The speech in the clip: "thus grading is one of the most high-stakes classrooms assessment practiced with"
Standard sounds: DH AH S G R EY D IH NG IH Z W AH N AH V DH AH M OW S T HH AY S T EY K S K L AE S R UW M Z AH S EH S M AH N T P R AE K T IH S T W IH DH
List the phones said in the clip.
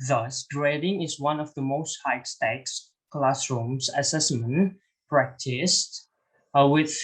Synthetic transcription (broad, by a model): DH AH S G R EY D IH NG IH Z W AH N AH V DH AH M OW S T HH AY S T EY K S K L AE S R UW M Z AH S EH S M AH N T P R AE K T IH S T W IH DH